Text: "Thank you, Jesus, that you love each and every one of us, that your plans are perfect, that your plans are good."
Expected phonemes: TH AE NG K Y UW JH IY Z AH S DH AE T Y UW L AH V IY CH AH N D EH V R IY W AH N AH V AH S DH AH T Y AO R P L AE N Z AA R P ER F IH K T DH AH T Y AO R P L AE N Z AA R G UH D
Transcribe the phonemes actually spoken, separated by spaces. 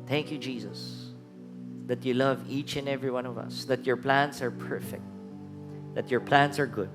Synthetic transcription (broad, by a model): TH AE NG K Y UW JH IY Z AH S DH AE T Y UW L AH V IY CH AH N EH V R IY W AH N AH V AH S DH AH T Y AO R P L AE N S AA R P ER F IH K T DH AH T Y AO R P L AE N S AA R G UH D